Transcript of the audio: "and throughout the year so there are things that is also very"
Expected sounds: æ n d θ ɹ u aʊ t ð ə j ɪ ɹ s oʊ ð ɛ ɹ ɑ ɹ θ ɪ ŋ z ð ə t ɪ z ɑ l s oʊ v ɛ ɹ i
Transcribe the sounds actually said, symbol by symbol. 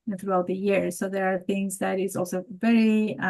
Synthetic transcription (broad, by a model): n θ ɹ u aʊ t ð ə j ɪ ɹ s oʊ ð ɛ ɹ ɑ ɹ θ ɪ ŋ z ð ə t ɪ z ɑ l s oʊ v ɛ ɹ i